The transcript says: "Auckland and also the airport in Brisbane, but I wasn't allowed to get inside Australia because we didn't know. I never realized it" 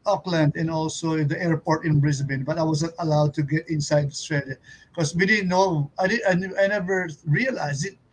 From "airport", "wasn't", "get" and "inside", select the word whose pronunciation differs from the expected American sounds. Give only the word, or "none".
wasn't